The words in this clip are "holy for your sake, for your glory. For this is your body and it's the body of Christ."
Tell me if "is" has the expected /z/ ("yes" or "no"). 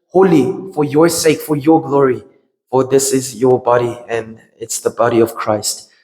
yes